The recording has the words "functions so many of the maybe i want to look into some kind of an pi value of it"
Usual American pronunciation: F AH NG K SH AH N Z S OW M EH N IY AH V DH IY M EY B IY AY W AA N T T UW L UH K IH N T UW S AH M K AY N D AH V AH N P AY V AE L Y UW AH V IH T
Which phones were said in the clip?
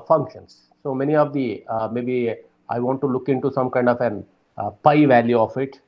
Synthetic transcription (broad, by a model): F AH NG K SH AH N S S OW M EH N IY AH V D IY M EY B IY AY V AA N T T UW L UH K IH N T UW S AH M K AY N D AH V AH N P AY V AE L Y UW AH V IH T